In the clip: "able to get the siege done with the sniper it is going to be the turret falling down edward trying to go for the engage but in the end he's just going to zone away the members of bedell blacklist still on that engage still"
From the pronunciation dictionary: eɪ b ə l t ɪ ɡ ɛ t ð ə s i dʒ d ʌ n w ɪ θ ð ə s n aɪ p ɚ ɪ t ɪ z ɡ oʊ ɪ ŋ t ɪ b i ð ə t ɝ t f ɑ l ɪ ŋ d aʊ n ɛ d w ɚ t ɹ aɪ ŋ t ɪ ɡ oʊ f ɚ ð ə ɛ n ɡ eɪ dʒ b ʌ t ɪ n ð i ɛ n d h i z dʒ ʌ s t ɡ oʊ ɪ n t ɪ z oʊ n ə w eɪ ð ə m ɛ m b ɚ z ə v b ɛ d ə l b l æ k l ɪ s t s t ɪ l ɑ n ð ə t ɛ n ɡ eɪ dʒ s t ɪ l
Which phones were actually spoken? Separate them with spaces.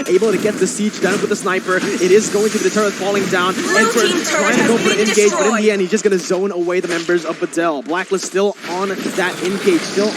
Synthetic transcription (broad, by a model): eɪ b l t ɪ ɡ ɛ t ð ə s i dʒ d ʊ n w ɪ ð ə s n aɪ p ɚ ɪ t ɪ z ɡ oʊ ɪ ŋ t ɪ b i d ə t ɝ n f ɑ l ɪ ŋ d aʊ n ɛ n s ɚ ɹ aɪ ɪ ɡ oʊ p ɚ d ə ɛ n ɡ eɪ dʒ b ʌ t ɪ n ð i ɛ n d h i z dʒ ʌ s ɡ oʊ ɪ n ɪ z oʊ n ə w eɪ ð ə m ɛ m b ɚ z ə v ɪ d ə l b l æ k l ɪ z s t ɪ l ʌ n ð ə t ɛ n ɡ eɪ dʒ s t ɪ l